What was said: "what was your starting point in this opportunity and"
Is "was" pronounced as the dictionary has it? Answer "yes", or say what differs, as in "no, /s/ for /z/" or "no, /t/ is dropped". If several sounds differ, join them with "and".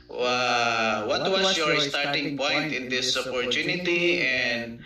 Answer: no, /s/ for /z/